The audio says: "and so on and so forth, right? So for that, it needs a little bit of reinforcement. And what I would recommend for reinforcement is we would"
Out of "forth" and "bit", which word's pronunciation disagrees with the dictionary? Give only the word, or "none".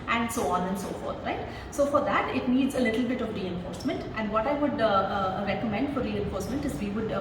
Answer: forth